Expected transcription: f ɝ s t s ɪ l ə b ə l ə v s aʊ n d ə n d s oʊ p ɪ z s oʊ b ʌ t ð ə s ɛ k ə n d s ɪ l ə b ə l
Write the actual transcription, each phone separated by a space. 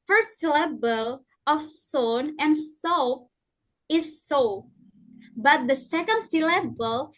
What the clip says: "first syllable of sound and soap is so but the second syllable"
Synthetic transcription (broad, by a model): f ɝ s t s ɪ l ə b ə l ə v s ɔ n ə n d s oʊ ɪ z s oʊ b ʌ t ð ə s ɛ k ə n d s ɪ l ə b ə l